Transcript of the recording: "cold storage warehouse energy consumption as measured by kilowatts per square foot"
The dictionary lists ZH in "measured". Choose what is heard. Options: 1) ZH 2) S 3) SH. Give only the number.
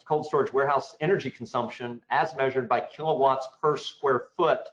1